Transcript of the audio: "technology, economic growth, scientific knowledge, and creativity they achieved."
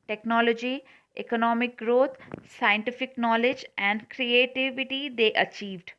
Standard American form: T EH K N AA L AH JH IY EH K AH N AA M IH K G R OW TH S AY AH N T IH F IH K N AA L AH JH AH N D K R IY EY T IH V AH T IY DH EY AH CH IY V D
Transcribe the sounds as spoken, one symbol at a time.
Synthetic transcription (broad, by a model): T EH K N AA L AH JH IY EH K AH N AA M IH K G R OW T S AY AH N T IH F IH K N AA L AH JH AH N D K R IY EY T IH V AH T IY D EY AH CH IY V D